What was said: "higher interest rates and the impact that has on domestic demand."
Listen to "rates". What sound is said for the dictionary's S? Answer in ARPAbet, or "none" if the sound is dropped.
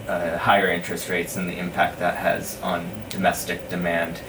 S